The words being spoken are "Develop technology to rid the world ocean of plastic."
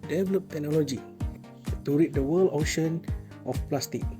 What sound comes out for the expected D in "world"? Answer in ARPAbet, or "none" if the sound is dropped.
none